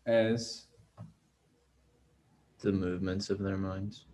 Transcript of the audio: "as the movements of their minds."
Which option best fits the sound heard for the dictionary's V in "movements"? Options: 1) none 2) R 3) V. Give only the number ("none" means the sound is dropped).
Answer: 3